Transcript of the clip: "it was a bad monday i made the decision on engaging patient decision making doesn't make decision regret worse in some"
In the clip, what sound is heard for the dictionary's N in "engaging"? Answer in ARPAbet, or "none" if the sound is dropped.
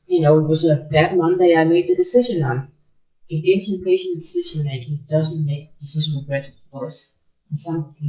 none